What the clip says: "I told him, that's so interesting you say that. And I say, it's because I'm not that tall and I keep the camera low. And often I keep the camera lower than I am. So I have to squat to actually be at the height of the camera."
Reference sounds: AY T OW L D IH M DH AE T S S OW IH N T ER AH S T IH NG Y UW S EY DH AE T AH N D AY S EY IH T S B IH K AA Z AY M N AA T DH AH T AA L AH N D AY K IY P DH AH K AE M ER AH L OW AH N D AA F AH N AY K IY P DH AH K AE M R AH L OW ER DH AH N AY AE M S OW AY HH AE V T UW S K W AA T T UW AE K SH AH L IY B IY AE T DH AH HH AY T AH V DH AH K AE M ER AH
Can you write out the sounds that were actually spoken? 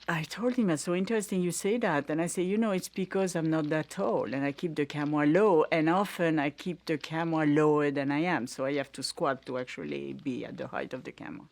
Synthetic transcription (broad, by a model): AY T OW L D IH M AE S S OW IH N T ER AH S T IH NG Y UW S EY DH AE T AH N AY S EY IH T S B IH K AA Z AY M N AA T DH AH T AA L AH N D AY K IY P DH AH K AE M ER L OW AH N AA F AH N AY K IY P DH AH K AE M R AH L OW ER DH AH N AY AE M S OW AY HH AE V T UW S K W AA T T UW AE K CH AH L IY B IY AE T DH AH HH AY T AH V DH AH K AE M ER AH